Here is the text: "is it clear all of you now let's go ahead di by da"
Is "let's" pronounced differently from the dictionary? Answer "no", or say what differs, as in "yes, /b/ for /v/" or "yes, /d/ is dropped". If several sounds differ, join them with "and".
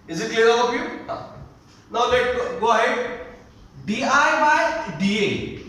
yes, /s/ is dropped